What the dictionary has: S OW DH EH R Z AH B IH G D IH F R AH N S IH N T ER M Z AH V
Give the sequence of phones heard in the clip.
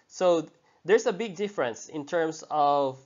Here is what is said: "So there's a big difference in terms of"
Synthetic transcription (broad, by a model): S OW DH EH R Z AH B IH G D IH F R AH N S IH N T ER M S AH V